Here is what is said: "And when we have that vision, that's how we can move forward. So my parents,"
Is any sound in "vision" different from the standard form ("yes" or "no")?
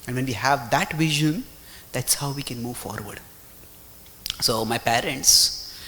no